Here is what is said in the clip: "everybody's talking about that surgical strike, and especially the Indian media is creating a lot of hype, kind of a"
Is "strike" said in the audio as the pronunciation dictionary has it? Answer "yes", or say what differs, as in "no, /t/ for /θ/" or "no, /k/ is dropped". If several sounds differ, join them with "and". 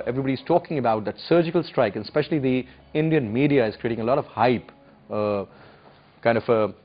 yes